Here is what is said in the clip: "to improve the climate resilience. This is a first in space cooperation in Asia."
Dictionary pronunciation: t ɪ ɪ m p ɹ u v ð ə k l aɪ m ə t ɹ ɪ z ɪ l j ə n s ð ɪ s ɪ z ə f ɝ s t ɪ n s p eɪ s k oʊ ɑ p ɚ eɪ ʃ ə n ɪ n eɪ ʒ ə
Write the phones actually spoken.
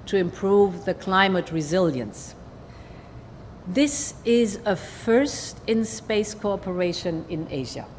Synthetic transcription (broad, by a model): t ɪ ɪ m p ɹ u v ð ə k l aɪ m ə t ɹ ɪ z ɪ l j ə n s ð ɪ s ɪ z ə f ɝ s t ɪ n s p eɪ s k oʊ ɑ p ɚ eɪ ʃ ə n ɪ n eɪ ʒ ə